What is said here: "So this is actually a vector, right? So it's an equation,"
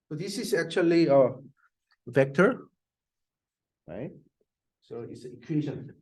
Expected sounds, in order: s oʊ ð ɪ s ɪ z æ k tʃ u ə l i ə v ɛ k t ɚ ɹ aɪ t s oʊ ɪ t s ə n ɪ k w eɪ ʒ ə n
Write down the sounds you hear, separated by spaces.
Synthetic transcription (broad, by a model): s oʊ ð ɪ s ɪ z æ k tʃ u ə l i ə v ɛ k t ɚ ɹ aɪ t s oʊ ɪ t s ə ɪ k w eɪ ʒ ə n